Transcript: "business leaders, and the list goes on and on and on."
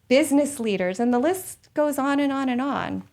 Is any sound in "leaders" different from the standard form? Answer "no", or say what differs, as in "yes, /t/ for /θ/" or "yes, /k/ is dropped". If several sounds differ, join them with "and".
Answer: no